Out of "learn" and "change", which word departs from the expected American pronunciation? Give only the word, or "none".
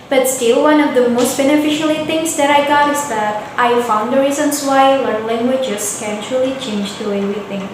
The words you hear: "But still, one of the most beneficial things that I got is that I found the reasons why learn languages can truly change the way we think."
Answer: none